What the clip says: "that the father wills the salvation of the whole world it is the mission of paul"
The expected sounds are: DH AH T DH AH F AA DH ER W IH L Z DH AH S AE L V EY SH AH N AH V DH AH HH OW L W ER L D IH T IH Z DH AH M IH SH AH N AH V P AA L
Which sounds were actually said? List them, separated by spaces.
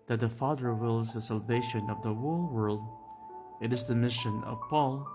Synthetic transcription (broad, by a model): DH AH T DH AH F AA DH ER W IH L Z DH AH S AE L V EY SH AH N AH V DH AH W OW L W ER L D IH T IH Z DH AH M IH SH AH N AH V P AA L